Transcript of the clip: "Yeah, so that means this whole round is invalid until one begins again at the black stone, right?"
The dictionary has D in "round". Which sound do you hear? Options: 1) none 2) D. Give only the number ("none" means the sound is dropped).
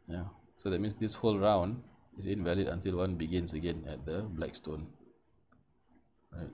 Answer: 2